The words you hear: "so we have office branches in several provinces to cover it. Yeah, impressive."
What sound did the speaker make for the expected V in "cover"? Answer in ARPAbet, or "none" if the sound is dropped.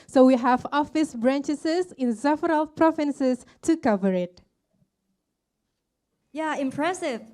V